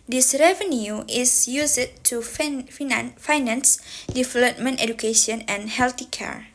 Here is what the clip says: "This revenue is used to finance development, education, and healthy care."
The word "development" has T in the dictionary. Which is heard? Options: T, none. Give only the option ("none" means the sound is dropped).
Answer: T